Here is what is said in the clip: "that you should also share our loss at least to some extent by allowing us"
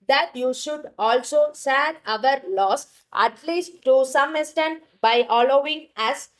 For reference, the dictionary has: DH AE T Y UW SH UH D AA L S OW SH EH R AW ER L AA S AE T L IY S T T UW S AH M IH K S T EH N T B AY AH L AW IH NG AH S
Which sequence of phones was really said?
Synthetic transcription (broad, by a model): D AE T Y UW SH UH D AA L S OW S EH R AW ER L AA S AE T L IY S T T UW S AH M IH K S T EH N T B AY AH L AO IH NG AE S